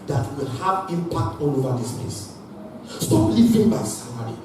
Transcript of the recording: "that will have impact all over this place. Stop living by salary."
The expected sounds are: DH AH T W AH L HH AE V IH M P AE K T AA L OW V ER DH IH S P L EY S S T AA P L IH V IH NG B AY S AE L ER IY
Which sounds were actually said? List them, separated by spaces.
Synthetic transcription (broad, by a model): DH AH T W AH L HH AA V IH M P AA K T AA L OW V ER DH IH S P EY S S T AA P L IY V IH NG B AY S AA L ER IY